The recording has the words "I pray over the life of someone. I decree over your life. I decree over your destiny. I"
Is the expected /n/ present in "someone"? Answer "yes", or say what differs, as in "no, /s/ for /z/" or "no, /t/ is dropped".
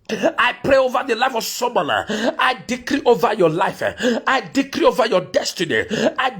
no, /n/ is dropped